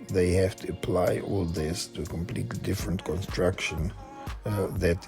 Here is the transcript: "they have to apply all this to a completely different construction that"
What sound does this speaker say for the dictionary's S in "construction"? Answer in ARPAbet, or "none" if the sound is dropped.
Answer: S